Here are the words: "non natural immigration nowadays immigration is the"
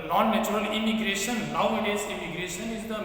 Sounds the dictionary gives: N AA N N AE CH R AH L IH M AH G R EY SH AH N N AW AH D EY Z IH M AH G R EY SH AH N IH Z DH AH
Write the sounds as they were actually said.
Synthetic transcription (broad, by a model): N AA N N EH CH R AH L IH M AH G R EY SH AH N L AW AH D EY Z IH M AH G R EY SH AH N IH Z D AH